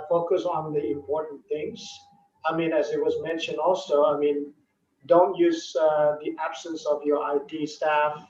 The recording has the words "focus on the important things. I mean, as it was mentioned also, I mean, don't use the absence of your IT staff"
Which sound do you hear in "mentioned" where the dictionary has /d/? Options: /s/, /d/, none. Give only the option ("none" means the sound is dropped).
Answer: /d/